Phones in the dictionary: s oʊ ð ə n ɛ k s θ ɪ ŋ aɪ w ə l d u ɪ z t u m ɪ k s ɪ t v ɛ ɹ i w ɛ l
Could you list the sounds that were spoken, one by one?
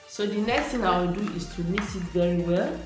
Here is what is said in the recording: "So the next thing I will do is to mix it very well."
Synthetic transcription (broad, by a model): s oʊ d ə n ɛ k s t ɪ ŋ aɪ w ə l d u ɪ s t u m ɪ s ɪ t v ɛ ɹ i w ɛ l